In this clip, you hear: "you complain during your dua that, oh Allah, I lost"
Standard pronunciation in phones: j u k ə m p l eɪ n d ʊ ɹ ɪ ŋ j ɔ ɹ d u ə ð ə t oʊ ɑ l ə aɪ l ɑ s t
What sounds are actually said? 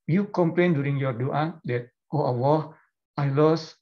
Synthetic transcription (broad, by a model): j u k ə m p l eɪ n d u ɹ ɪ ŋ j ɔ ɹ d u ə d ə t oʊ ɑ w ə aɪ l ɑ s